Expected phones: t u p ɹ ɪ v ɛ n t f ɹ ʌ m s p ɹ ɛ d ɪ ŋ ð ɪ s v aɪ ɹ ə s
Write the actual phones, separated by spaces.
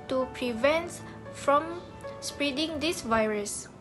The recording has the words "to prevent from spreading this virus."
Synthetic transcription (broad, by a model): t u p ɹ ɪ v ɛ n t f ɹ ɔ m s p ɹ ɛ d ɪ ŋ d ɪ s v aɪ ɹ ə s